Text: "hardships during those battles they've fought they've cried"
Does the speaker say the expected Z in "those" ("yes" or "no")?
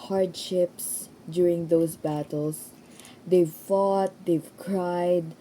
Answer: no